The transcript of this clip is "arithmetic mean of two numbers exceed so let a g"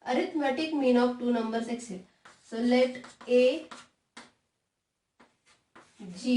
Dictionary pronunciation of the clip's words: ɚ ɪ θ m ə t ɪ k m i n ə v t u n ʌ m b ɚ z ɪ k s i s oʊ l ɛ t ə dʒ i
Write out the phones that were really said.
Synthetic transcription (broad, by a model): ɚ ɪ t m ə t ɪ k m i n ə f t u n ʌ m b ɚ s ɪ k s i s oʊ l ɛ t ə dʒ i